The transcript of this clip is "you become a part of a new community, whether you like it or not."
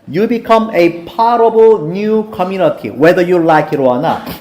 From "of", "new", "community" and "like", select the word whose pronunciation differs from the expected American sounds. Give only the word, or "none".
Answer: of